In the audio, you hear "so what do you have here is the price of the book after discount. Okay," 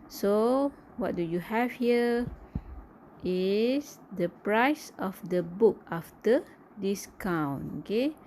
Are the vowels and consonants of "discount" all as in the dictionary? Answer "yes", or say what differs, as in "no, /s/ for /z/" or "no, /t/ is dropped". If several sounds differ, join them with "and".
no, /t/ is dropped